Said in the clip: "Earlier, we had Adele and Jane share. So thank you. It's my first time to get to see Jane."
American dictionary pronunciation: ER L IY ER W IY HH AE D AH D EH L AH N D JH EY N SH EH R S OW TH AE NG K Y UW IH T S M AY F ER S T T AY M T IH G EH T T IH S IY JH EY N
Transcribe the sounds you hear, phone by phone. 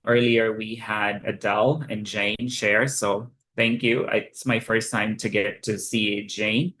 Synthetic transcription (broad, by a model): ER L IY ER W IY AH D AH D EH L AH N JH EY N SH EH R S OW TH AE NG K Y UW IH T S M AY F ER S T T AY M T IH G EH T T IH S IY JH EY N